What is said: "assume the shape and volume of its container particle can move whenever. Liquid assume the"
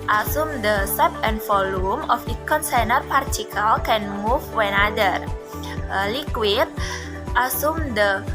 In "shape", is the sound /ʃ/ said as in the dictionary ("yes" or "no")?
no